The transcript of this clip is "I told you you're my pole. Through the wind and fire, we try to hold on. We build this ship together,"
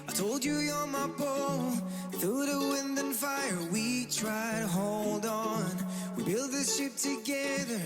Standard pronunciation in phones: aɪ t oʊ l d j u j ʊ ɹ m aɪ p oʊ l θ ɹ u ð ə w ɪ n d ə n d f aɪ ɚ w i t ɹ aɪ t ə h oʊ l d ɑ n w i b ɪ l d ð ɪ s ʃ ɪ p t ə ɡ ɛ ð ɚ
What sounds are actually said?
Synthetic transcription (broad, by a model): aɪ t oʊ l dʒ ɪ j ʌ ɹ m aɪ b oʊ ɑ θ u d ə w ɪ n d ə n f aɪ ɚ w i t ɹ aɪ t ə h oʊ l d n w i b ɪ l d ð ɪ s ʃ ɪ p t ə ɡ ɛ ð ɚ